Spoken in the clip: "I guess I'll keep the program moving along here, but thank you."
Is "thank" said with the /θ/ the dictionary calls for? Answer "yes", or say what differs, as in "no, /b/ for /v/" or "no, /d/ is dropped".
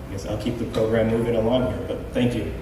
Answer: yes